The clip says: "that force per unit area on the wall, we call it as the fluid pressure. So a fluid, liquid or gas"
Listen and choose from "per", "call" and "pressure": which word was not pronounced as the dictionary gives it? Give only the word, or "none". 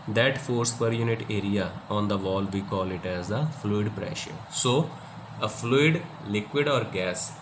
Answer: none